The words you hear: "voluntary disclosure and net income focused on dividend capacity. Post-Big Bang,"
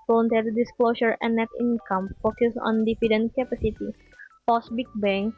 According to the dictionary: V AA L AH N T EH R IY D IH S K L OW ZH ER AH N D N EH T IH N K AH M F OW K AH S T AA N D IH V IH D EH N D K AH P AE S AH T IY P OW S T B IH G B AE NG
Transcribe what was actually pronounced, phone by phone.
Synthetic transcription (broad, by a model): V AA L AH N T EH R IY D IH S K L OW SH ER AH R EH N EH T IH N K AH M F OW K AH S AA N D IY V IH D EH N K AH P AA S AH T IY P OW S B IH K B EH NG